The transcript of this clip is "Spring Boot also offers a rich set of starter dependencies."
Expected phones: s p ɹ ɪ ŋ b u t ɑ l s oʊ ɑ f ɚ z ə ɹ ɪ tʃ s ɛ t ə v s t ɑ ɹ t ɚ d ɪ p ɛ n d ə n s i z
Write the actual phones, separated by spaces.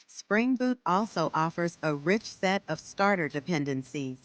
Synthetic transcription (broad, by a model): s p ɹ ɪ ŋ b u t ɑ l s oʊ ɑ f ɚ z ə ɹ ɪ tʃ s ɛ t ə v s t ɑ ɹ t ɚ d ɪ p ɛ n d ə n s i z